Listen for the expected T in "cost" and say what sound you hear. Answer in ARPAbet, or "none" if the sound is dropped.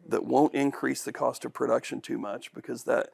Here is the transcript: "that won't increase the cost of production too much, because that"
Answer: T